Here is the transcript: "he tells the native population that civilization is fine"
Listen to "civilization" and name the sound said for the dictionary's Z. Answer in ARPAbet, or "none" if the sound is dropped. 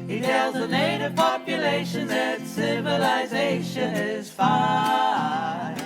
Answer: Z